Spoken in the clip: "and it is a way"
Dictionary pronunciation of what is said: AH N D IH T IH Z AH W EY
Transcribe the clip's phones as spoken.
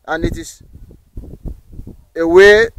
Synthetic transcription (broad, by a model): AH N IH T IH S AH W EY